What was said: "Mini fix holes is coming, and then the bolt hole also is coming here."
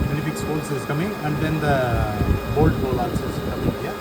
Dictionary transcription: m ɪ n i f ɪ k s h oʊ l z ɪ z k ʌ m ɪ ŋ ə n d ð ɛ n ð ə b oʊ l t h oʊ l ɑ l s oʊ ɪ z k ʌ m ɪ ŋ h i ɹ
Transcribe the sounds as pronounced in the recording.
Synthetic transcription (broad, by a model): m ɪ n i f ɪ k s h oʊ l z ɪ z k ʌ m ɪ ŋ ə n d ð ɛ n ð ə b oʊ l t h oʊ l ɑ s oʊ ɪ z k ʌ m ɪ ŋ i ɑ